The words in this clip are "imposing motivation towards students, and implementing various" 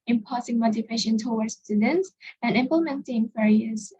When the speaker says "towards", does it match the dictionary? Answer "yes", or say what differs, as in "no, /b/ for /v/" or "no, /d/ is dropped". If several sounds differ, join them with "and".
no, /w/ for /ɹ/